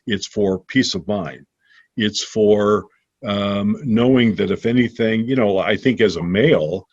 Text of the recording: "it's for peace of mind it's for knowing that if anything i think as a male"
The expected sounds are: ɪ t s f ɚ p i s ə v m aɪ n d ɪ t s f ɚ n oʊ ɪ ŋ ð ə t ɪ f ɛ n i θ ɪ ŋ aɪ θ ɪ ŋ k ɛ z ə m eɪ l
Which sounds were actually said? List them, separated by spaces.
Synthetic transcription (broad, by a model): ɪ t s f ɚ p i s ə v m aɪ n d ɪ t s f ɚ n oʊ ɪ ŋ ð ə t ɪ f ɛ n i θ ɪ ŋ aɪ θ ɪ ŋ k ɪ z ə m eɪ l